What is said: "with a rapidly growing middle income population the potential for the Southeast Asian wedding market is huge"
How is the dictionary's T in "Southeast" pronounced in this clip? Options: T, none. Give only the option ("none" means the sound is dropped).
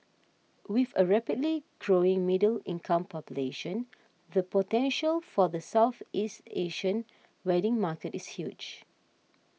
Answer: T